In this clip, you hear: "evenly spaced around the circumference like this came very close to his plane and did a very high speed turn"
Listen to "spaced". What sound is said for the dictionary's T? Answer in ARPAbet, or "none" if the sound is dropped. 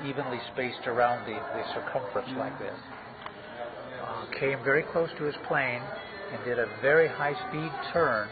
T